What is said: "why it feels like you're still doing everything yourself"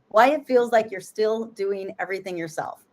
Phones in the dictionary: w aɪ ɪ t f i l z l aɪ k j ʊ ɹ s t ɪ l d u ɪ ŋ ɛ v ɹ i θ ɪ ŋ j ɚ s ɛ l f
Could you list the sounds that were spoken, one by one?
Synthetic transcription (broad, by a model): w aɪ ɪ t f i l z l aɪ k j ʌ ɹ s t ɪ l d u ɪ ŋ ɛ v ɹ i θ ɪ ŋ j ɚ s ɛ l f